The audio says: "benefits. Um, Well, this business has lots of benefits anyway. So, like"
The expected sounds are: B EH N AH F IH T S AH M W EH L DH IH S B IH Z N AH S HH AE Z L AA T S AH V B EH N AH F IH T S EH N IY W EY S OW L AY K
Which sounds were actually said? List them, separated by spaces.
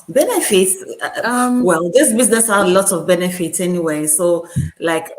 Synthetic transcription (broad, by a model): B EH N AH F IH T S AH M W EH L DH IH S B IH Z N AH S HH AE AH L AA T AH V B EH N AH F IH T S EH N IY W EY S OW L AY K